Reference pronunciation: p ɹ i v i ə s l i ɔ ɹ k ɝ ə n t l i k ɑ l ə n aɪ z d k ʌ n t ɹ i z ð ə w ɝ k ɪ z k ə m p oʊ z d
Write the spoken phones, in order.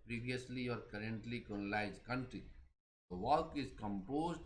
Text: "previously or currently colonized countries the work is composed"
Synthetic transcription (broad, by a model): p ɹ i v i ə s l i ɔ ɹ k ɝ ə n t l i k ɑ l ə l aɪ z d k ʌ n t ɹ i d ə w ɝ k ɪ z k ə m p oʊ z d